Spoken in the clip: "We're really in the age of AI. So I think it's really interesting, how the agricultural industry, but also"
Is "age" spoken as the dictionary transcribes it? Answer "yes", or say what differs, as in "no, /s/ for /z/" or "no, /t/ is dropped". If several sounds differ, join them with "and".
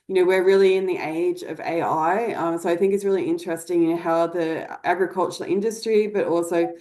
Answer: yes